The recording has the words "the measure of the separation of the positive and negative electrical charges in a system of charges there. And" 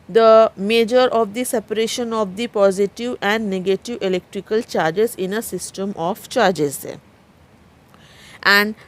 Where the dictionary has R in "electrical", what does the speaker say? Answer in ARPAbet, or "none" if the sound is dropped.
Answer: R